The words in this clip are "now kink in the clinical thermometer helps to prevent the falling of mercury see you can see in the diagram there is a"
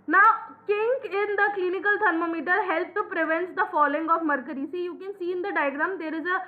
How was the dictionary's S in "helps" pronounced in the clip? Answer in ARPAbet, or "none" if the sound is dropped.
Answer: none